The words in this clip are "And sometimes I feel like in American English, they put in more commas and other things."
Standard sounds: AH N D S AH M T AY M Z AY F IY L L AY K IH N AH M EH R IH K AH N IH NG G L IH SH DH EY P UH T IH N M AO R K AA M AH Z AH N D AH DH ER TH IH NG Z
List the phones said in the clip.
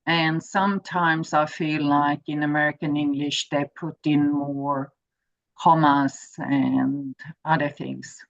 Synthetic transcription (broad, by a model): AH N S AH M T AY M Z AY F IY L L AY K IH N AH M EH R IH K AH N IH NG G L IH SH DH EY P UH T IH N M AO R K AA M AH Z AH N AH DH ER TH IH NG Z